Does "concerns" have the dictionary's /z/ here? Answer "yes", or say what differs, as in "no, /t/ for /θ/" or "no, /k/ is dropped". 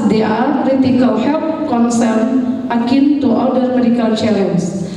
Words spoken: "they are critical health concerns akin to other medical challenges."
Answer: no, /z/ is dropped